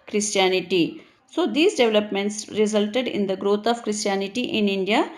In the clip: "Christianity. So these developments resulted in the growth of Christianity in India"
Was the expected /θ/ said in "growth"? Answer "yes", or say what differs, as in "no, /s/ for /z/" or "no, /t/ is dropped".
no, /t/ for /θ/